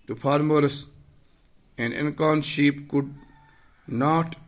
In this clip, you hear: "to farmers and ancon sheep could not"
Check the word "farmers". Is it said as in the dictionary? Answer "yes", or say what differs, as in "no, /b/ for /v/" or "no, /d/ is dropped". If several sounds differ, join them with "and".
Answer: no, /p/ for /f/